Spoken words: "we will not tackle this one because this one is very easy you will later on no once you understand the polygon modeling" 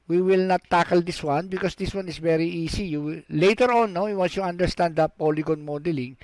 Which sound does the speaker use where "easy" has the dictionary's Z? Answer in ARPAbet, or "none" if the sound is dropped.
S